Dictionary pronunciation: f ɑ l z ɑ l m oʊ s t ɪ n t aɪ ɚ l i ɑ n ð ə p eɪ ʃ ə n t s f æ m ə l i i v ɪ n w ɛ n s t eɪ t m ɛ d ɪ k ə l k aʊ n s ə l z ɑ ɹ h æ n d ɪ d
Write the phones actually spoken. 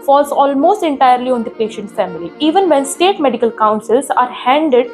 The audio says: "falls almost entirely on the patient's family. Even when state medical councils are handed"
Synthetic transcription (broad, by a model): f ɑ l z ɑ l m oʊ s t ɪ n t aɪ ɚ l i ɑ n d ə p eɪ ʃ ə n t f æ m ə l i i v ɪ n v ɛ n s t eɪ t m ɛ d ɪ k ə l k aʊ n s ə l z ɑ ɹ h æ n d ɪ d